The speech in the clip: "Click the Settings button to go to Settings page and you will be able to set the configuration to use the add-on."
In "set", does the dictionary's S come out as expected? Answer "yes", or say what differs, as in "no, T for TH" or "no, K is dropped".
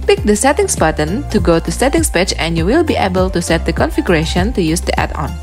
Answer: yes